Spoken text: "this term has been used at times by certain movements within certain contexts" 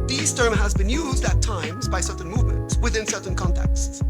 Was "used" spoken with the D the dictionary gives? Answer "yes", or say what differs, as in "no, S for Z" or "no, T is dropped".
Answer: yes